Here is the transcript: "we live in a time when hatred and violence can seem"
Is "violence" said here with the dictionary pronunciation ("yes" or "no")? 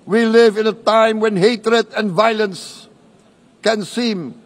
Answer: yes